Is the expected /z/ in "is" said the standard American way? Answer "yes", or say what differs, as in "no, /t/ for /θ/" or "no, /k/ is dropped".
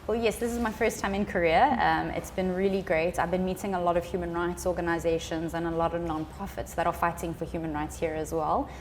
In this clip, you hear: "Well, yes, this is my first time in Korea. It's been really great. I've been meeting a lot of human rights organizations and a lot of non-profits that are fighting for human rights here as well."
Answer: yes